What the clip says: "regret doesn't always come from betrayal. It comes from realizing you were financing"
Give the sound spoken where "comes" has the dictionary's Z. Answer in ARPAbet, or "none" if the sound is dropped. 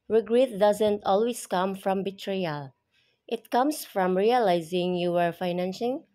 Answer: S